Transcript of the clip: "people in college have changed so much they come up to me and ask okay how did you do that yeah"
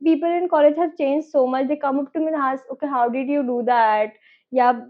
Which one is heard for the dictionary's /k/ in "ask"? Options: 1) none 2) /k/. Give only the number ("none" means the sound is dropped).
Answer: 1